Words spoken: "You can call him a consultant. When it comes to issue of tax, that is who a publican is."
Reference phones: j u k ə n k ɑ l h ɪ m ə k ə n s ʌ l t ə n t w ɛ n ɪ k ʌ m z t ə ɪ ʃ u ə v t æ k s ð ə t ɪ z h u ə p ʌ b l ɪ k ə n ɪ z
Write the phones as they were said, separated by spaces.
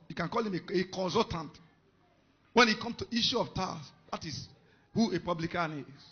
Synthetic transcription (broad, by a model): j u k ə n k ɑ l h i m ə k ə n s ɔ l t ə n t w ɛ n ɪ k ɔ m s t ə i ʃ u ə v t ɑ s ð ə t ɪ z h u ə p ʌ b l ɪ k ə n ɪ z